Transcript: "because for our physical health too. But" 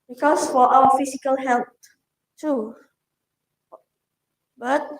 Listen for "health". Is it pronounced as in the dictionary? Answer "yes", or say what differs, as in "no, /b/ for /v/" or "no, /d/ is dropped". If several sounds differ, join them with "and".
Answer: no, /t/ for /θ/